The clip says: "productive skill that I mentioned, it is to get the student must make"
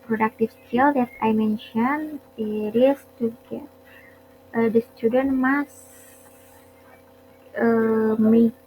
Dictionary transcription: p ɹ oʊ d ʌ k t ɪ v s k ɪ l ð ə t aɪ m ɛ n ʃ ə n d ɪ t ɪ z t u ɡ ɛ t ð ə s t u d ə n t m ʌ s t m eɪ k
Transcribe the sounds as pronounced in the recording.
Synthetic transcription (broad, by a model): p ɹ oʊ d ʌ k t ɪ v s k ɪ l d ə t aɪ m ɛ n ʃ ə n ɪ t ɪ s t u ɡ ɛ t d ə s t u d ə n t m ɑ s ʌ m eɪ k